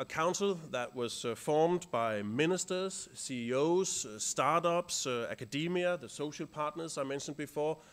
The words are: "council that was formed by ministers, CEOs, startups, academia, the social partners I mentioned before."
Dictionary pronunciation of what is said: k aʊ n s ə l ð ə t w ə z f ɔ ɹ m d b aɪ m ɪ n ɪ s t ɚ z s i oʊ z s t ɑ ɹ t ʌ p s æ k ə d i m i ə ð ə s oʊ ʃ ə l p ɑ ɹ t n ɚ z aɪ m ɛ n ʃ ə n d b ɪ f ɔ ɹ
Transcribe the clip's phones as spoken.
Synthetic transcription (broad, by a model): k aʊ n s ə l ð ə t w ə z f ɔ ɹ m d b aɪ m ɪ n ɪ s t ɚ z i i oʊ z s t ɑ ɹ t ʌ p s æ k ə d i m i ə ð ə s oʊ ʃ ə l p ɑ ɹ t n ɚ z aɪ m ɛ n ʃ ə n d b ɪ f ɔ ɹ